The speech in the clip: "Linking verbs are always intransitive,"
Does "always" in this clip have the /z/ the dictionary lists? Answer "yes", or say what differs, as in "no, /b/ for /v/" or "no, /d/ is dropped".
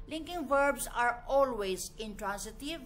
yes